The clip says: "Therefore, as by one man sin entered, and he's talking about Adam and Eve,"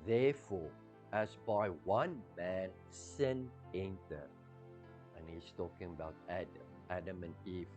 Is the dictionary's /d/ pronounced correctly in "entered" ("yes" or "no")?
no